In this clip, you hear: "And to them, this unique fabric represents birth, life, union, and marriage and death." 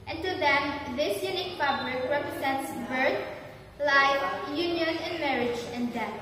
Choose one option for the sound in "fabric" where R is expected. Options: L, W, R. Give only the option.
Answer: L